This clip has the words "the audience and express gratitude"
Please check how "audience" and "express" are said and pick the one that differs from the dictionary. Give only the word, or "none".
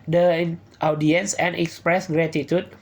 none